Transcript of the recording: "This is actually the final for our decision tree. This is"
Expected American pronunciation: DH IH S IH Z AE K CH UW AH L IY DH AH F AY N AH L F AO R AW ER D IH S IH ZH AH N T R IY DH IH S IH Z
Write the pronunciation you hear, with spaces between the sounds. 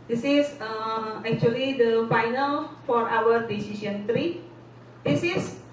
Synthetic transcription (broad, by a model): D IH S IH S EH K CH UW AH L IY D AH F AY N AH L F AO R AW ER D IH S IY S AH N T R IY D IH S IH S